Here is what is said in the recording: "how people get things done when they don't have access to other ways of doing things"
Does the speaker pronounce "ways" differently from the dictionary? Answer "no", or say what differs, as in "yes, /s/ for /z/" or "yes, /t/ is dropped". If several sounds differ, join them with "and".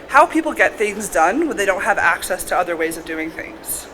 no